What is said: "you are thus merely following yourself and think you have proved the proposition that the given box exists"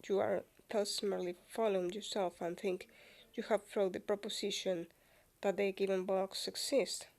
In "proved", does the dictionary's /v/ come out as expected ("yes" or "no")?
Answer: no